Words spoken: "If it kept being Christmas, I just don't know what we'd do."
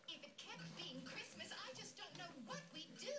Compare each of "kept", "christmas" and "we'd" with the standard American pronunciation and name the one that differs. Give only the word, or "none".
none